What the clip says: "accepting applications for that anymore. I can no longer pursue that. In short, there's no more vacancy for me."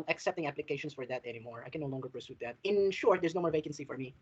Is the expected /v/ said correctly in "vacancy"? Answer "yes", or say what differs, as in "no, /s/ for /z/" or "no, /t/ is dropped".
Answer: yes